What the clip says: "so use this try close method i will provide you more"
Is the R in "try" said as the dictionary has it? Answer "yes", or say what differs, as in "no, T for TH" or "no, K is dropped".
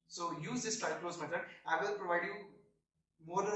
no, R is dropped